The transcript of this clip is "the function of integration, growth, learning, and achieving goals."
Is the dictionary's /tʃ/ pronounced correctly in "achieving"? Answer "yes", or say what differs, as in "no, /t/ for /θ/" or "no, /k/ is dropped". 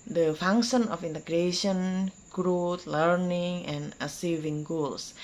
no, /s/ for /tʃ/